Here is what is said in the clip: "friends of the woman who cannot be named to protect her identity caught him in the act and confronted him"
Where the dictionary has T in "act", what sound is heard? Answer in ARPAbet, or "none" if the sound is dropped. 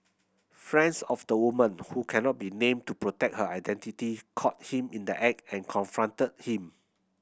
none